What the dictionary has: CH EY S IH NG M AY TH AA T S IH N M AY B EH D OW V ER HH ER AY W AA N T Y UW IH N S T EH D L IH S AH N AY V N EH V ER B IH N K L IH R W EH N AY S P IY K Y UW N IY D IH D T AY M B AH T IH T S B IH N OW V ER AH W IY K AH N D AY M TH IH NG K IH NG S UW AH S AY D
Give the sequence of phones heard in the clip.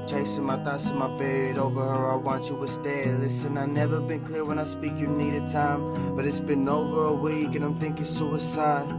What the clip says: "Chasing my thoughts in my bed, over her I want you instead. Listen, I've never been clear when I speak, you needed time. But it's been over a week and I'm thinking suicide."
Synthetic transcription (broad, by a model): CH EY S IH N M AY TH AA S IH N M AY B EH D OW V ER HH ER AY W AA N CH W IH S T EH L IH S AH N AY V N EH V ER B IH N K L IH R W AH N AY S P IY K Y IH N IY D IH D T AY M B AH T IH T S B IH N OW V ER AH W IY K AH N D AY M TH IH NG K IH S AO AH S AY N